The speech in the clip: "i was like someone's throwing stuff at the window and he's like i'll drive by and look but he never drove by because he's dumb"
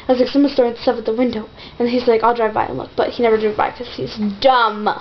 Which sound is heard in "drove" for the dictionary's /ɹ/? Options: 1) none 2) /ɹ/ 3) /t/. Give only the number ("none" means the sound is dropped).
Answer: 1